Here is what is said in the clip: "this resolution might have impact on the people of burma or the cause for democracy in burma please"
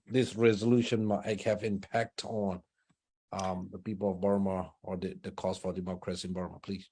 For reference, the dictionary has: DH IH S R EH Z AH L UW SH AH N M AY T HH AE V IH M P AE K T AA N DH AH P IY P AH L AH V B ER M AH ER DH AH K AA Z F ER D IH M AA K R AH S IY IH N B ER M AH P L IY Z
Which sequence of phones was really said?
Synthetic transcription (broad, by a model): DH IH S R EH Z AH L UW SH AH N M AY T HH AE V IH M P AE K T N DH AH P IY P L AH V B ER M AH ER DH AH K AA S F ER D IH M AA K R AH S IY IH N B ER M AH P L IY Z